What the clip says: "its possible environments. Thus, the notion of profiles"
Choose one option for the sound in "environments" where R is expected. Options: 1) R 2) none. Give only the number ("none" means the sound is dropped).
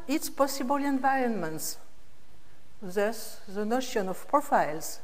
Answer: 1